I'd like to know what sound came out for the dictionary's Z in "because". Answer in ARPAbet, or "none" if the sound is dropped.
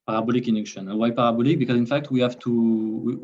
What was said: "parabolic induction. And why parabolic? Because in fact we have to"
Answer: Z